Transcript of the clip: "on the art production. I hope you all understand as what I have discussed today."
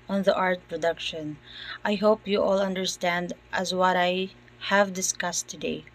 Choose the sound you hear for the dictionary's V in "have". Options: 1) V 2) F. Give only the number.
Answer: 1